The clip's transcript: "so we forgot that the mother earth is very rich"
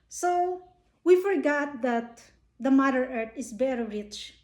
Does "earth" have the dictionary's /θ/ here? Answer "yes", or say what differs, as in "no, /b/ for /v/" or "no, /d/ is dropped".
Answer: no, /t/ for /θ/